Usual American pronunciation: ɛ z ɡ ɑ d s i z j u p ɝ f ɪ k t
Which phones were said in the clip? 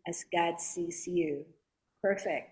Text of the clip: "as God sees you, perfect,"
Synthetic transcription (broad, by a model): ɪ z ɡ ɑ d s i s j u p ɝ f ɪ k t